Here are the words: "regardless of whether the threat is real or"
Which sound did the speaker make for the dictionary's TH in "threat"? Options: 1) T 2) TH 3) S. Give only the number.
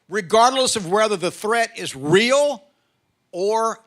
2